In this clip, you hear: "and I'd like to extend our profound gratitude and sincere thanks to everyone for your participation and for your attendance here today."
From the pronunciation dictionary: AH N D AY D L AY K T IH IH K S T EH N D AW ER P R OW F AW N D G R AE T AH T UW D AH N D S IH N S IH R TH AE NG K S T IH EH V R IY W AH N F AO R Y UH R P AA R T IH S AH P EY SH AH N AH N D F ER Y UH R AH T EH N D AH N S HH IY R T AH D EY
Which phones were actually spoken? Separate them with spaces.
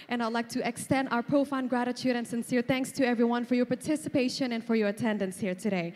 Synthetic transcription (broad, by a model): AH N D AY D L AY K T IH IH K S T EH N D AW ER P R OW F AW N G R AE T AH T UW D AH N S IH N S IH R TH AE NG K S T IH EH V R IY W AH N F AO R Y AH R P AA R T IH S AH P EY SH AH N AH N F ER Y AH R AH T EH N D AH N S HH IY R T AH D EY